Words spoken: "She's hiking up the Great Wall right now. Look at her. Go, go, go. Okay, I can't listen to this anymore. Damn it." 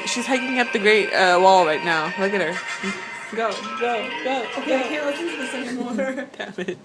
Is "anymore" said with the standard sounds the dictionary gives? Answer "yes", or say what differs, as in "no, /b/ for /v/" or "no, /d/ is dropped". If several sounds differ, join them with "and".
no, /n/ is dropped